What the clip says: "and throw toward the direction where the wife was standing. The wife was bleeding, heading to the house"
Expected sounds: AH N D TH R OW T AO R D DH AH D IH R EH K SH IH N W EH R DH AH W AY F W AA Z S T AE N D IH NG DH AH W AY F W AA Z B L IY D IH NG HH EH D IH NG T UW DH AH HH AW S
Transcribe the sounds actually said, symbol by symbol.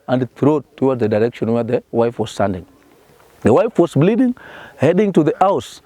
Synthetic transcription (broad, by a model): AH N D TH R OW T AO W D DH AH D IH R EH K SH IH N W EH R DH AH W AY F W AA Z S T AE N D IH NG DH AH W AY F W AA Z B L IY D IH NG HH EH D IH NG T UW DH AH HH AW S